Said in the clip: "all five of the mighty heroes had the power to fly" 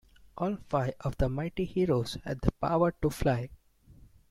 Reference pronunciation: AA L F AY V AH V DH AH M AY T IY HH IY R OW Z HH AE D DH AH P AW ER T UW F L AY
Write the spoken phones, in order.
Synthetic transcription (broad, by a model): AA L F AY AH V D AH M AY T IY HH IY R OW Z HH AE D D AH P AW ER T UW F L AY